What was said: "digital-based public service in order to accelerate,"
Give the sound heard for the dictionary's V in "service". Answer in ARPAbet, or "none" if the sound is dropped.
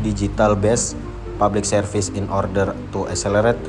F